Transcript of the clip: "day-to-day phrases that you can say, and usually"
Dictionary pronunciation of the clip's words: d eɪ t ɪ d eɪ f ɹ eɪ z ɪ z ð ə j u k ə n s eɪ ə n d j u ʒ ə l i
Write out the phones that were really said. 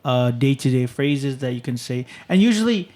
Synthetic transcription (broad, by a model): d eɪ t ɪ d eɪ f ɹ eɪ z ɪ z ð ə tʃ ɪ k ə n s eɪ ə n j u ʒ l i